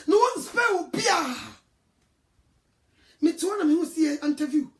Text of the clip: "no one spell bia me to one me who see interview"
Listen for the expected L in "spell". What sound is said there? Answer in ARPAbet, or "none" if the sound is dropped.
W